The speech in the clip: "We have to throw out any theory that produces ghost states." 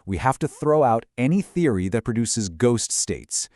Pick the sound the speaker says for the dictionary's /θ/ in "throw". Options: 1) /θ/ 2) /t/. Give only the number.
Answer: 1